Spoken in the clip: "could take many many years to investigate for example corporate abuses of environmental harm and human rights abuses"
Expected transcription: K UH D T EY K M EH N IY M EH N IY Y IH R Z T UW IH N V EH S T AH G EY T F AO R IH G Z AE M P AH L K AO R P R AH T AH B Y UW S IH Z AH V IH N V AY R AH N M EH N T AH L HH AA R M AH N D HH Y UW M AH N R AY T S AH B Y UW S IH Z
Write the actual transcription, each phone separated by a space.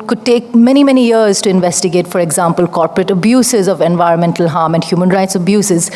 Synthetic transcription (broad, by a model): K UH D T EY K M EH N IY M EH N IY Y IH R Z T UW IH N V EH S T AH G EY T F AO R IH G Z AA M P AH L K AO R P R AH T AH B Y UW S IH Z AH V IH N V AY R AH N M EH N T AH L HH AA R M AH N D HH Y UW M AH N R AY T S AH B Y UW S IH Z